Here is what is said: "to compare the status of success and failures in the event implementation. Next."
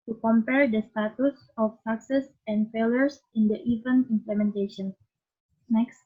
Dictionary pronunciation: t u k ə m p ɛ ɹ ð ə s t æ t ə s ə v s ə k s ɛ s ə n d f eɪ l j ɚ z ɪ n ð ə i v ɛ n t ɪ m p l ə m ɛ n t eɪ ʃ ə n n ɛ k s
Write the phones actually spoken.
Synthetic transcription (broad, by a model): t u k ə m p ɛ ɹ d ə s t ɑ t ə s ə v s ə k s ɛ s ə n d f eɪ l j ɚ s ɪ n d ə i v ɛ n ɪ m p l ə m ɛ n t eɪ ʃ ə n n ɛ k s